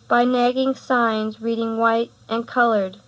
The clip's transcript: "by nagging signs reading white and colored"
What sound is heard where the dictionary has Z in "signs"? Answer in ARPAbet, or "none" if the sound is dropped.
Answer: Z